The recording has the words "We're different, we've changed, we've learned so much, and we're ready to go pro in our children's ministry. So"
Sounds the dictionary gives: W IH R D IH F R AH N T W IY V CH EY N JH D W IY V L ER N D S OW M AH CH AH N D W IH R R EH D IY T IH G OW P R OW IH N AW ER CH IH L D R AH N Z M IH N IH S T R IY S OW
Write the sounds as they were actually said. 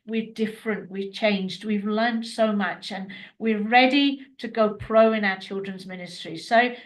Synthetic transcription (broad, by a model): W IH R D IH F R AH N T W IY CH EY N JH D W IY V L ER N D S OW M AH CH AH N W IH R R EH D IY T IH G OW P R OW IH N AW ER CH IH L D R AH N Z M IH N IH S T R IY S OW